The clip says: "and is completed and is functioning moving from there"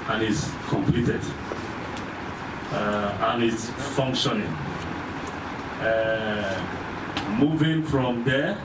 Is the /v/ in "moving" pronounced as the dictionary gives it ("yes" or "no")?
yes